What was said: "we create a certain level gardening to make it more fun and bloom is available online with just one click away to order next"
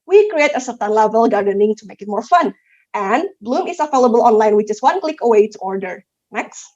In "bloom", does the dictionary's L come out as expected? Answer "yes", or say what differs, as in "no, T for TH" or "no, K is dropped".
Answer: yes